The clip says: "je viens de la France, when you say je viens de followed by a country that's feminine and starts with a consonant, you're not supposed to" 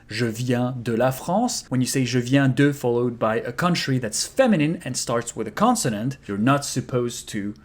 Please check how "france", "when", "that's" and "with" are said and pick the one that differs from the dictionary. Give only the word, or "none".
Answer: france